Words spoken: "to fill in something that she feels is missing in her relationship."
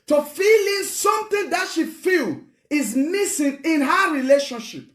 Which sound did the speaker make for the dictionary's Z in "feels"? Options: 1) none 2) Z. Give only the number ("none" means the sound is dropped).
1